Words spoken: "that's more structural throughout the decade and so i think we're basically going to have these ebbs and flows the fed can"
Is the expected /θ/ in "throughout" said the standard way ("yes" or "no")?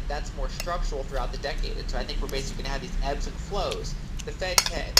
yes